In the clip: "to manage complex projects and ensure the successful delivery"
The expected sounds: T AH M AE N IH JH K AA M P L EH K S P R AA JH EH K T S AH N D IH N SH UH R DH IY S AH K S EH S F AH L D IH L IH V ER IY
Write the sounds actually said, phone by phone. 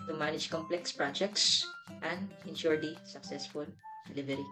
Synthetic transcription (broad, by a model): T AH M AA N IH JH K AA M P L EH K S P R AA JH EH K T S AH N D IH N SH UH R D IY S AH K S EH S F AH L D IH L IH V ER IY